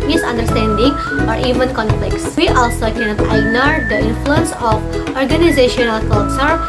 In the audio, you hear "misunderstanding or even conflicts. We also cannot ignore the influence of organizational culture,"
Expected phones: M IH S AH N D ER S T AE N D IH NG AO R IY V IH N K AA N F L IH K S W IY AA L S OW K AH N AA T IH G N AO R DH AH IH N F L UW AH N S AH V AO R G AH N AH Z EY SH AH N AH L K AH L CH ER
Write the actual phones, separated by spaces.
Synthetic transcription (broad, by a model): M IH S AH N D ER S T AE N D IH NG AO R IY V IH N K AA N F L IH K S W IY AA L S OW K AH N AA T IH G N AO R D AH IH N F L UW AH N S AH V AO R G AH N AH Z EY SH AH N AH L K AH L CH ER